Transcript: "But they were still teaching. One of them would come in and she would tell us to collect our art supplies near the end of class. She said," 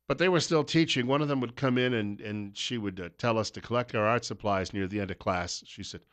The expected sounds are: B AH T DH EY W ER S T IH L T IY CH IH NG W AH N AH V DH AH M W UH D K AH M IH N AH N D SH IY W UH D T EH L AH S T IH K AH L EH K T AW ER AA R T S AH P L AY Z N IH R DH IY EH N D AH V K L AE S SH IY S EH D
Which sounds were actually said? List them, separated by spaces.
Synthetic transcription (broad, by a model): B AH T DH EY W ER S T IH L T IY CH IH NG W AH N AH V DH AH M W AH D K AH M IH N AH N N SH IY W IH D T EH L AH S T IH K AH L EH K T AW ER AA R T S AH P L AY Z N IH R DH IY EH N D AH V K L AE S SH IY S EH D